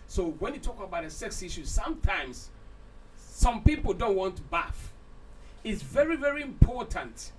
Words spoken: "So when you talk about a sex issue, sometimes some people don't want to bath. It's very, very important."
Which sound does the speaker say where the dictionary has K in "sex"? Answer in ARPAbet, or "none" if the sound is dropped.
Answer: K